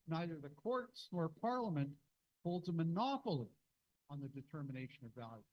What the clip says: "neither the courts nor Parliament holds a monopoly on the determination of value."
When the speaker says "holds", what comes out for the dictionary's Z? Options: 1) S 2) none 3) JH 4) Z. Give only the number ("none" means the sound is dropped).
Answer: 4